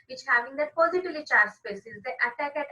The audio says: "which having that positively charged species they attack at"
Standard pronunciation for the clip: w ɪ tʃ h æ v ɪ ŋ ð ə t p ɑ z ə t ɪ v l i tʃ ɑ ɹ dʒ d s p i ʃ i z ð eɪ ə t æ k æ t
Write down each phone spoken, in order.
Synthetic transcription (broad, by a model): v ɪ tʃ h æ v ɪ ŋ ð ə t p ɑ z ə t ɪ v l i tʃ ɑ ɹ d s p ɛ s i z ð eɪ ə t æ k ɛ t